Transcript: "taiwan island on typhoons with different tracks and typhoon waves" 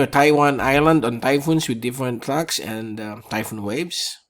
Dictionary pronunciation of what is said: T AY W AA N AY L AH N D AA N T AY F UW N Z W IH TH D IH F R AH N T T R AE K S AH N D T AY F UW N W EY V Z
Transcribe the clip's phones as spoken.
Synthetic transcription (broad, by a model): T AY W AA N AY L AH N D AA N T AY F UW N S W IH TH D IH F R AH N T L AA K S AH N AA T AY F UW N W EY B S